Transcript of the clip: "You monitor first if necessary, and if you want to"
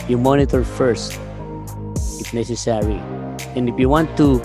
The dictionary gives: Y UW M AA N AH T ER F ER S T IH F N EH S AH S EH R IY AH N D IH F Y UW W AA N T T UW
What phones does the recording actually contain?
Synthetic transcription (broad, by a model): Y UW M AA N AH T ER F ER S T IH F N EH S AH S EH R IY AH N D IH F Y UW W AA N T T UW